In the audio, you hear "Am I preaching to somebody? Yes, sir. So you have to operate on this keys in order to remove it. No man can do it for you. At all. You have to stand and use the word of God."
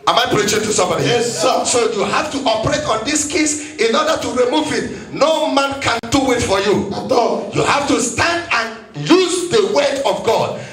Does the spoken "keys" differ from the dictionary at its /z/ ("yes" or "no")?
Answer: yes